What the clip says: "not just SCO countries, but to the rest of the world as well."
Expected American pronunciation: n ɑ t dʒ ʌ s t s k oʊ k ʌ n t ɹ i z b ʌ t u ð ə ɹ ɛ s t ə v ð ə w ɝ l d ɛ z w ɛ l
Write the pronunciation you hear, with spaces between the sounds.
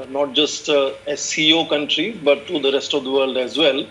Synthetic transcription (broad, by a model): n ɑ t dʒ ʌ s t s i oʊ k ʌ n t ɹ i b ʌ t u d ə ɹ ɛ s t ə v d ə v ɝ l d ɛ z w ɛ l